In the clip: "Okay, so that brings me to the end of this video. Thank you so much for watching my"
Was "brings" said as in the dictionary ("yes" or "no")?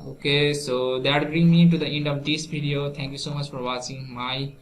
no